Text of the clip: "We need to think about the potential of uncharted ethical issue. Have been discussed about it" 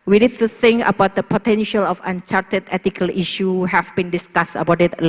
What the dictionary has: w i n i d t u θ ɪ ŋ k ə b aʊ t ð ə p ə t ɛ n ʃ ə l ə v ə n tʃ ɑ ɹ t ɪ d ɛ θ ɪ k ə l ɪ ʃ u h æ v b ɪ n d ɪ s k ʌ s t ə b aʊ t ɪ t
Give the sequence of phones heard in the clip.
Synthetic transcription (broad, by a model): w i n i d t u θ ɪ ŋ k ə b aʊ t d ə p ə t ɛ n ʃ ə l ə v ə n tʃ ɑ ɹ t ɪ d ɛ t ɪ k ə l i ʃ u h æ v b ɪ n d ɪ s k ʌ s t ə b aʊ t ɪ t